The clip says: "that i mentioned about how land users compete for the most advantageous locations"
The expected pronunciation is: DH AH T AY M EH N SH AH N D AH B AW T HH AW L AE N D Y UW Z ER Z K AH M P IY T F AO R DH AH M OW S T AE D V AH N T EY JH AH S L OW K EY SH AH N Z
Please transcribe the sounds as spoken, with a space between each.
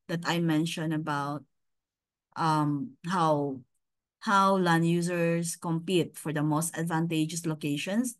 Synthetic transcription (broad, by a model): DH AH T AY M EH N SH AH N AH B AW T HH AW L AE N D Y UW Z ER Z K AH M P IY T F AO R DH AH M OW S T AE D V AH N T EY JH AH S L OW K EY SH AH N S